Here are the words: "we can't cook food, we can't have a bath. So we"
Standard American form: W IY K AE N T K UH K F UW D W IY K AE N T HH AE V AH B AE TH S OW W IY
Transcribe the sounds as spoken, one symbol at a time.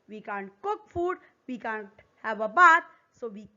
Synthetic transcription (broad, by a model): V IY K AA N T K UH K F UW D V IY K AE N T HH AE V AH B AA T S OW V IY